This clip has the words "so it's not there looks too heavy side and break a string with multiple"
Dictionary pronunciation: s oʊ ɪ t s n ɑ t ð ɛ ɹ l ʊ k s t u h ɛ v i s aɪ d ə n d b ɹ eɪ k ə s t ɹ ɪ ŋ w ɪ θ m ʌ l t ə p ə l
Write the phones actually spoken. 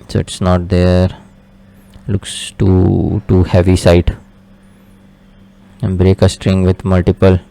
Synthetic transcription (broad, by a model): s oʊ ɪ t s n ɑ t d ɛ ɹ l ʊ k s t u h ɛ v i s aɪ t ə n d b ɹ eɪ k ə s t ɹ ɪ ŋ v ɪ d m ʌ l t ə p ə l